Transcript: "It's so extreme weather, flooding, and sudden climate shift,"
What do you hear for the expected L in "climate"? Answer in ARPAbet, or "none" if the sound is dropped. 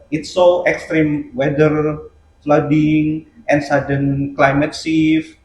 L